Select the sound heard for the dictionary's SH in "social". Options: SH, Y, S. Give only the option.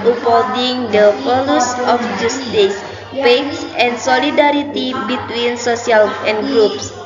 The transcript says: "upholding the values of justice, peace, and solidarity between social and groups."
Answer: S